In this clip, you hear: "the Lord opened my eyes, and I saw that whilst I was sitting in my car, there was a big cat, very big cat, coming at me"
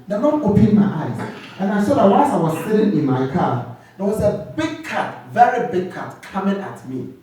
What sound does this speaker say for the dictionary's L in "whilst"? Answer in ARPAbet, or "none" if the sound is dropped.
N